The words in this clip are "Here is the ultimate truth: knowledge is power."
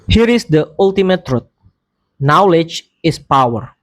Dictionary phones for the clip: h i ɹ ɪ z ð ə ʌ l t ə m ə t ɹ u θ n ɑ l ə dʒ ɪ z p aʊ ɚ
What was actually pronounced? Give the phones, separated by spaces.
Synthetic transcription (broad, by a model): h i ɹ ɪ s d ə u l t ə m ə t ɹ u t n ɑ l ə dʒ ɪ s p aʊ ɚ